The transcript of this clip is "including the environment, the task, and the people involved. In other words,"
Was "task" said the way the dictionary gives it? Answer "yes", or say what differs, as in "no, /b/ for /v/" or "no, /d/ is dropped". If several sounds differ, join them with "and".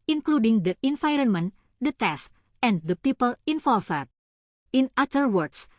no, /k/ is dropped